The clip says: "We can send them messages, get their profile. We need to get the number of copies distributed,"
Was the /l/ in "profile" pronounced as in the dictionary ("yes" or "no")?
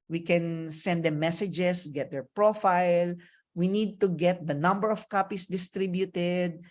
yes